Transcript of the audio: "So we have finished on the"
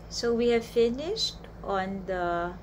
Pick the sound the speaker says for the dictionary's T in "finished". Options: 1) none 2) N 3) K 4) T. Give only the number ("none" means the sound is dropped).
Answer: 4